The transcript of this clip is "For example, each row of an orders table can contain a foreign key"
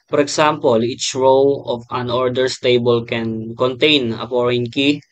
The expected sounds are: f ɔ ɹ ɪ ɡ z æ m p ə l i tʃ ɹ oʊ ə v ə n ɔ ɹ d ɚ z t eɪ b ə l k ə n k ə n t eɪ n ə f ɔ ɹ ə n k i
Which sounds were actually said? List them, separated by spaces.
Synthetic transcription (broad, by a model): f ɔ ɹ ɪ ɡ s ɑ m p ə l i tʃ ɹ oʊ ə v ə n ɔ ɹ d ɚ s t eɪ b ə l k ə n k ə n t eɪ n ə p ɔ ɹ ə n k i